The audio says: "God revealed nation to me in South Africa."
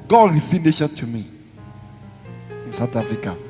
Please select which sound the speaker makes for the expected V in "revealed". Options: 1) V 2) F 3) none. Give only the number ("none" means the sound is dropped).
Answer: 2